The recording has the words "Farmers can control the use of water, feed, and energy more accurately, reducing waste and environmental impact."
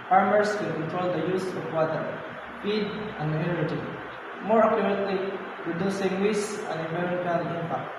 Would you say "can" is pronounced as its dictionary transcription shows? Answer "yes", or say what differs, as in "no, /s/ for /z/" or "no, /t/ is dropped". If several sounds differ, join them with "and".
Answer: no, /l/ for /n/